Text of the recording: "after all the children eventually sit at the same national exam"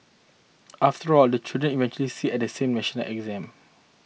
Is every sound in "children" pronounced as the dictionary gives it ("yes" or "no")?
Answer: no